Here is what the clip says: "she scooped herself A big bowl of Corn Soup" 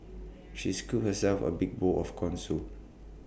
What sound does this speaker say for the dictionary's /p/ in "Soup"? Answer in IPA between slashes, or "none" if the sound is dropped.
none